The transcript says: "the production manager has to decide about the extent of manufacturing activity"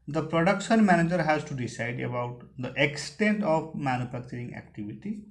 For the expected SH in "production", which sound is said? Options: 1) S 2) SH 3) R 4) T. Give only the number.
2